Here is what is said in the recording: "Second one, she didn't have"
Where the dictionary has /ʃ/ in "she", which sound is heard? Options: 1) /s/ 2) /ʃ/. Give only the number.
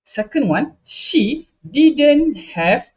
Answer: 2